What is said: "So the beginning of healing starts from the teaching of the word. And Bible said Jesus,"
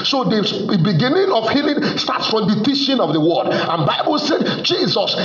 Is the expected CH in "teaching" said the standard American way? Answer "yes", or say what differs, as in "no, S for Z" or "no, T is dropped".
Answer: no, SH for CH